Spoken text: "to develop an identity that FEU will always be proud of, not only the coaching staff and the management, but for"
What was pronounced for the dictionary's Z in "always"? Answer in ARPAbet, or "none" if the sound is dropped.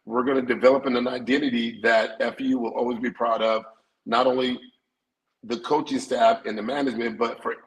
Z